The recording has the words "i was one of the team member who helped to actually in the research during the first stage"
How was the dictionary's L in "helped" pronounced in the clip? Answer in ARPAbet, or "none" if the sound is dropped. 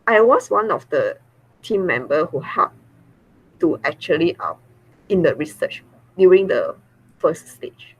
none